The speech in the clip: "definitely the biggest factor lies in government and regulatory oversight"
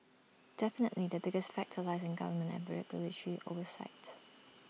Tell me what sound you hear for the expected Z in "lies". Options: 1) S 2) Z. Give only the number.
2